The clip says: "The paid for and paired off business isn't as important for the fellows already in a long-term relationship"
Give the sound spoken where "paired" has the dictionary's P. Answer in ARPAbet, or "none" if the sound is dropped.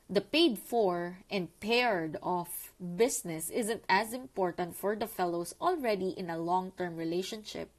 P